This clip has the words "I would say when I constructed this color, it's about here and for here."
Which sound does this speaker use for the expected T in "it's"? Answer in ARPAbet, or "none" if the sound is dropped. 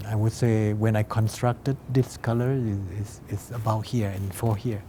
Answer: S